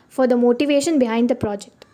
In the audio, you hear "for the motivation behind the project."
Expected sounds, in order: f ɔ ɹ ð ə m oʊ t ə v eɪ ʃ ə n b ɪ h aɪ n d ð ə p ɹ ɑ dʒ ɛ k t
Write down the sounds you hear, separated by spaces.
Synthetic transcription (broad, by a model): f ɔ ɹ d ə m oʊ t ə v eɪ ʃ ə n b ɪ h aɪ n d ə p ɹ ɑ dʒ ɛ k t